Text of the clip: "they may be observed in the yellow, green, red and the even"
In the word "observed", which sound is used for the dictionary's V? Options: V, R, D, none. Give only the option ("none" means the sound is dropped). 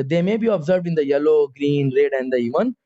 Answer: V